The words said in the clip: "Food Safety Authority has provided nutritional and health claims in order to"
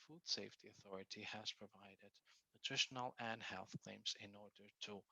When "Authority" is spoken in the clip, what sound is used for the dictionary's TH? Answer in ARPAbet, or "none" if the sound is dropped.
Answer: TH